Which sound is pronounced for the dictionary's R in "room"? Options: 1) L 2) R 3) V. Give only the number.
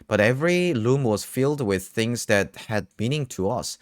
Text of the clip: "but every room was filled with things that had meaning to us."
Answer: 1